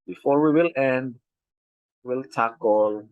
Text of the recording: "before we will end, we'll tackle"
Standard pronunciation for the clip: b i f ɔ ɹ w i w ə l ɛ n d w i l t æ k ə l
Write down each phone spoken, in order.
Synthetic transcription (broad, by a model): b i f ɔ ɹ w i w ə l ɛ n d w i l t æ k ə l